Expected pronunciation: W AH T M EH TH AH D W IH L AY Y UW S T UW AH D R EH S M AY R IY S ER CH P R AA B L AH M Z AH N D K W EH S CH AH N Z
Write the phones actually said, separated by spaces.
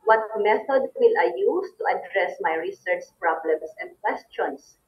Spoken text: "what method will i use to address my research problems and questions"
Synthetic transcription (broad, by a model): W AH T M EH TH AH D W IH L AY Y UW S T UW AH D R EH S M AY R IY S ER CH P R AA B L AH M S AH N D K W EH S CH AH N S